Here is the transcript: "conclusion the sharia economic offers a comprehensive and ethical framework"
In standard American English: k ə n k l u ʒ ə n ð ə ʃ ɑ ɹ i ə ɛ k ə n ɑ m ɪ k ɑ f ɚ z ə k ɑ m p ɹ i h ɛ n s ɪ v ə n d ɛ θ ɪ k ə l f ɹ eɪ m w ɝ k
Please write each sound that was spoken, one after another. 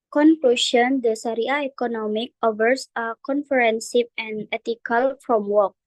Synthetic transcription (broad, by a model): k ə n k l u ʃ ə n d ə s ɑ ɹ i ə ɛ k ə n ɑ m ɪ k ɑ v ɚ s ə k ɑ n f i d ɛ n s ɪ p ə n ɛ t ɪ k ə l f ɹ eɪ m w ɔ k